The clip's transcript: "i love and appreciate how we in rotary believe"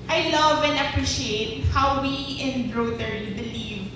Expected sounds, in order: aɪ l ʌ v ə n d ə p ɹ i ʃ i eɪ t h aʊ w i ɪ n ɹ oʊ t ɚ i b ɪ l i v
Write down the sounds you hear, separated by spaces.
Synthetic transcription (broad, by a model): aɪ l ʌ v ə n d ə p ɹ i ʃ i eɪ t h aʊ w i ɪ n ɹ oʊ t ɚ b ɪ l i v